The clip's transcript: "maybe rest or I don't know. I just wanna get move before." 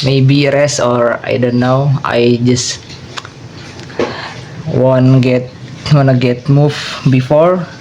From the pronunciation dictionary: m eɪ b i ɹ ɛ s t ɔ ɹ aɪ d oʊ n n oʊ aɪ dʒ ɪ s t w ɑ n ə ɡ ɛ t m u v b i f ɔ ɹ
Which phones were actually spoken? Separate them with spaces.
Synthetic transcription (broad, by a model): m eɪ b i ɹ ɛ s ɔ ɹ aɪ d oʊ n n oʊ aɪ dʒ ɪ s t w ɑ n ə ɡ ɛ t m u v b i f ɔ ɹ